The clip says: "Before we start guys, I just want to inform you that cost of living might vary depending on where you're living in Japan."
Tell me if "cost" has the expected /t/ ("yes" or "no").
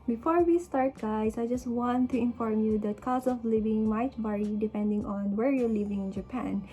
no